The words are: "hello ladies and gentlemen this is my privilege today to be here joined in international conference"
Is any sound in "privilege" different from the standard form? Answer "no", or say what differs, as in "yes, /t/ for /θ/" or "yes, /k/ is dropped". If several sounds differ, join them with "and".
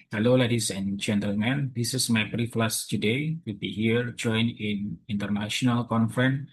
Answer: yes, /b/ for /p/ and /f/ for /v/